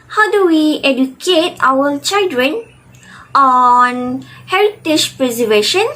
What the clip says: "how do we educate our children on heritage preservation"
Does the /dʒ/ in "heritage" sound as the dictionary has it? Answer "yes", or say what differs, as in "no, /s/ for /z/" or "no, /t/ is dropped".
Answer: no, /ʃ/ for /dʒ/